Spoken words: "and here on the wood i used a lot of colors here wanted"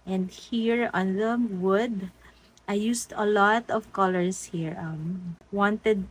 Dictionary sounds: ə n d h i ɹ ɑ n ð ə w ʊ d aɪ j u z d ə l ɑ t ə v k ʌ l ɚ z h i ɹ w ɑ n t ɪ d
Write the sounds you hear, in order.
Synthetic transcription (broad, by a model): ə n d h i ɹ ɑ n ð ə w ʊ d aɪ j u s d ə l ɑ t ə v k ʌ l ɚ s h i ɹ w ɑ n t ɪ d